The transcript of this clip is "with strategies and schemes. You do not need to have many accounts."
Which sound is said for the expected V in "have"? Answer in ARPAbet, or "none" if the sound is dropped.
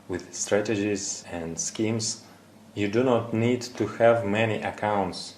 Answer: V